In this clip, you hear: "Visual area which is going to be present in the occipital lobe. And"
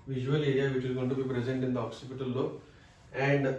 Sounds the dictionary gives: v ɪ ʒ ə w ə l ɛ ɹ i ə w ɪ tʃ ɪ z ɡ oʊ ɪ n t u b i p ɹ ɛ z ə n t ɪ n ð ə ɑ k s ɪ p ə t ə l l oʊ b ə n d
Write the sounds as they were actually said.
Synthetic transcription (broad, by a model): v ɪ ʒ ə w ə l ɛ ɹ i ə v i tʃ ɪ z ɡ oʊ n t u b i p ɹ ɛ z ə n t ɪ n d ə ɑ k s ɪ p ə t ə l l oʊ ə n d